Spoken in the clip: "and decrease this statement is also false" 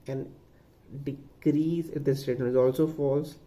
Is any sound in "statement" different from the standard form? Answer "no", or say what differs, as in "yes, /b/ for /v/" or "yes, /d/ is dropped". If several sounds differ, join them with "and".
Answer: yes, /m/ is dropped